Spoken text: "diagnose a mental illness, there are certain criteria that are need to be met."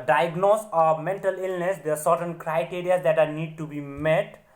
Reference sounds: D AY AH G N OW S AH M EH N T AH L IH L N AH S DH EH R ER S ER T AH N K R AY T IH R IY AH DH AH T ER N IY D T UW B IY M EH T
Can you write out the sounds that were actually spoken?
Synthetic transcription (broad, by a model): D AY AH G N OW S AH M EH N T AH L IH L N AH S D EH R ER S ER T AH N K R AY T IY R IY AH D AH T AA N IY D T UW B IY M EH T